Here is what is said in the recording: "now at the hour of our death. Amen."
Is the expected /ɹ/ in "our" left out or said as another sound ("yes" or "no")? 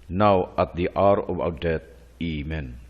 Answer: yes